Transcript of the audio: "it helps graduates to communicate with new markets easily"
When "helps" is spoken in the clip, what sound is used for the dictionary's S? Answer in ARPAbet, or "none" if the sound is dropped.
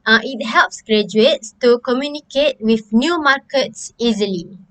S